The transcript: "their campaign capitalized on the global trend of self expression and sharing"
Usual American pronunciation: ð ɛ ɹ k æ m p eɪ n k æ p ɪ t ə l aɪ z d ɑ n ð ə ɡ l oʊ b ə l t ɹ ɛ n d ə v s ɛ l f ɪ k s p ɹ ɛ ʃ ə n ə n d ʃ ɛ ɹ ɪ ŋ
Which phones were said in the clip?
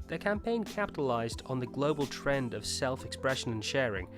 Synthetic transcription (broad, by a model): ð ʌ ɹ k æ m p eɪ n k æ p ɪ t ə l aɪ z d n ð ə ɡ l oʊ b ə l t ɹ ɛ n d ə v s ɛ l f ɪ k s p ɹ ɛ ʃ ə n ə n ʃ ɛ ɹ ɪ ŋ